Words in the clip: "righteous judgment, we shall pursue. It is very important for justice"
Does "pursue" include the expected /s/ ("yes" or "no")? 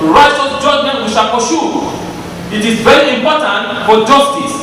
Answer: no